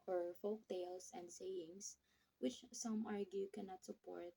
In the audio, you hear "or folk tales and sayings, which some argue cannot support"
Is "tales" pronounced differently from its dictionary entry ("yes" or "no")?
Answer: yes